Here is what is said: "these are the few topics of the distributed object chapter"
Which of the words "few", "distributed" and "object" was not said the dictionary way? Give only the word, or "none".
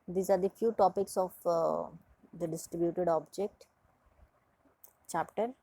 none